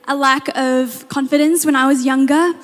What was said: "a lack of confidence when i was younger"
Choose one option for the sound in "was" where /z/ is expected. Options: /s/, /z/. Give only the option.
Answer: /z/